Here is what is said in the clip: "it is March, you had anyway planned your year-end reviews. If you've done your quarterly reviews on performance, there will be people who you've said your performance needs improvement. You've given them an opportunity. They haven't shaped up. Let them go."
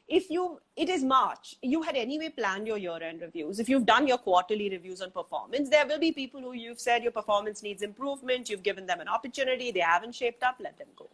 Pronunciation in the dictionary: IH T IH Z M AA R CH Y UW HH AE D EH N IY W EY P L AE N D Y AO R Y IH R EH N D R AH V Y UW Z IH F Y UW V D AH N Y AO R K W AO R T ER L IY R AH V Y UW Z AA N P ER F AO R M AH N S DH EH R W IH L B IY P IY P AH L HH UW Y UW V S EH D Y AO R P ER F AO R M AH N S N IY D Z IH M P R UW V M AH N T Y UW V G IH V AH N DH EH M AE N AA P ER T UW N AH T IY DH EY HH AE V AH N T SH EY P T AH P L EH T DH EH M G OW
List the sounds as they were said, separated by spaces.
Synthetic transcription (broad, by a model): IH T IH Z M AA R CH Y UW HH AE D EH N IY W EY P L AE N D Y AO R Y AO R EH N D R AH V Y UW Z IH F Y UW V D AH N Y AO R K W AO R T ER L IY R AH V Y UW Z AA N P ER F AO R M AH N S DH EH R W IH L B IY P IY P AH L HH UW Y UW V S EH D Y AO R P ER F AO R M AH N S N IY D Z IH M P R UW V M AH N T Y UW V G IH V AH N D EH M AE N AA P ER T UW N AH T IY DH EY HH AE V AH N T SH EY P T AH P L EH T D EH M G OW